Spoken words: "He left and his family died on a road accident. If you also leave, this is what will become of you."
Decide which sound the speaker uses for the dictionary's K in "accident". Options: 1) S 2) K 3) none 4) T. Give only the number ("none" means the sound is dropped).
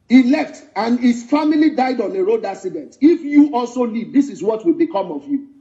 3